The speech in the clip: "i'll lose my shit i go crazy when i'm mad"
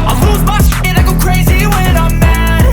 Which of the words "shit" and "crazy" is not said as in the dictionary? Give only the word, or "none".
shit